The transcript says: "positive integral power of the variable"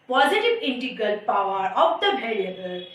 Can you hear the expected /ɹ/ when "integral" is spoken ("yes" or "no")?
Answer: no